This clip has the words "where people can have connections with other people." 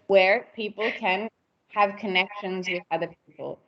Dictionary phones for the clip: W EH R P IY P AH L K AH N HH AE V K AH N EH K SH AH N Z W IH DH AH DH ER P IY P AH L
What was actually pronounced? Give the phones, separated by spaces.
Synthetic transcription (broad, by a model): W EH R P IY P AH L K AH N HH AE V K AH N EH K SH AH N Z W IH DH AH DH ER P IY P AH L